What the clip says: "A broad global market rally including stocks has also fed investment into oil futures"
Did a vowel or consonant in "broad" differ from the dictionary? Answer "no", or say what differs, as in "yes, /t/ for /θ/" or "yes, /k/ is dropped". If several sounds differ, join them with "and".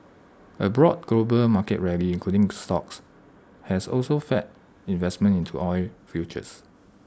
no